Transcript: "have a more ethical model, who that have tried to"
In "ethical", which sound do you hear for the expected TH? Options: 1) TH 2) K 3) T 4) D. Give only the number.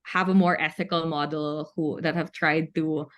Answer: 1